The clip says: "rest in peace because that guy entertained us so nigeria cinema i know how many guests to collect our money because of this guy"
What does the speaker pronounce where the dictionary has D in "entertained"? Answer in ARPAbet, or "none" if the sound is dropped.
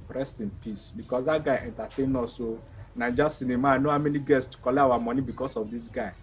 none